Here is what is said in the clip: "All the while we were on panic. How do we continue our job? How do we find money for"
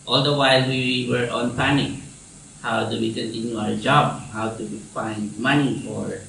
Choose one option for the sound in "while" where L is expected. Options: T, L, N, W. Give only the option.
L